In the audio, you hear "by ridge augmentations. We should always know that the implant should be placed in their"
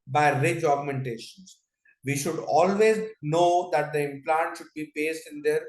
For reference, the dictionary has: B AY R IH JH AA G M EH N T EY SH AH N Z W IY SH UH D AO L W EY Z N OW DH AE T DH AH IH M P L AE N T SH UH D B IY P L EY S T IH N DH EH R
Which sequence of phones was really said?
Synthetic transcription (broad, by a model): B AY R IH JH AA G M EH N T EY SH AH N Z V IY SH UH D AO L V EY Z N OW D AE T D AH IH M P L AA N T SH UH D B IY P EY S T IH N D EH R